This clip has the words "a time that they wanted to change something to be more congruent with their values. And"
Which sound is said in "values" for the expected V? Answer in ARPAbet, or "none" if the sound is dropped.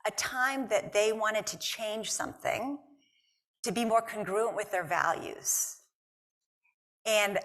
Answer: V